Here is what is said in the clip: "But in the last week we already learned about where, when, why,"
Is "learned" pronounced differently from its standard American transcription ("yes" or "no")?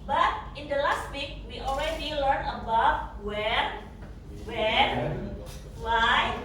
yes